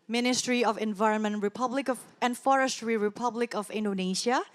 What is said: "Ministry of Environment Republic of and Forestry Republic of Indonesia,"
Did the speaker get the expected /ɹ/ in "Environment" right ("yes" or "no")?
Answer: yes